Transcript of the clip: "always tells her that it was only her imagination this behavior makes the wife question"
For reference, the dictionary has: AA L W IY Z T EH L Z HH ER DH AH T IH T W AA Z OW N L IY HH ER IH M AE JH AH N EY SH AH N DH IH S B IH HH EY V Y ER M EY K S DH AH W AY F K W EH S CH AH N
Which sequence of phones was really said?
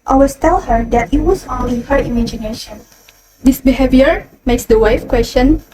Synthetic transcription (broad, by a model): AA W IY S T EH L HH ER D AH T IH T W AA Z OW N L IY HH ER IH M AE JH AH N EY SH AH N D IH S B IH HH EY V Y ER M EY K S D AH W AY F K W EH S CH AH N